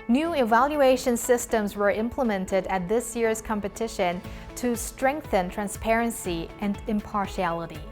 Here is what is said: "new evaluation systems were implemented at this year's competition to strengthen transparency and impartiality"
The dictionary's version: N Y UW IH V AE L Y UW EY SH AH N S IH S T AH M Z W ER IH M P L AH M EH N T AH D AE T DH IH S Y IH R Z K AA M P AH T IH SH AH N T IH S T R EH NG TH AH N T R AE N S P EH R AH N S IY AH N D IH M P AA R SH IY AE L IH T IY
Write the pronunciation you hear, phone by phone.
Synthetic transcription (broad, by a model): N Y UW IH V AE L Y UW EY SH AH N S IH S T AH M Z W ER IH M P L AH M EH N T AH D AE T DH IH S Y IH R Z K AA M P AH T IH SH AH N T IH S T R EH NG TH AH N T R AE N S P EH R AH N S IY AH N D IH M P AA R SH IY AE L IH T IY